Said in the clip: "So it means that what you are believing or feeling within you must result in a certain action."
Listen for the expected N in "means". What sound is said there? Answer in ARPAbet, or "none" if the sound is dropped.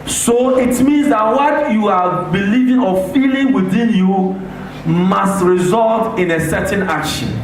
N